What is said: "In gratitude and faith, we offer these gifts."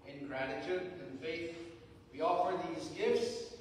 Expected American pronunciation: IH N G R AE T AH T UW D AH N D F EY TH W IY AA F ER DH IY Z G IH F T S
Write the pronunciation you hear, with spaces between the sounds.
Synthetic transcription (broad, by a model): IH N G R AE T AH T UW D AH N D F EY TH W IY AA F ER DH IY Z G IH F T S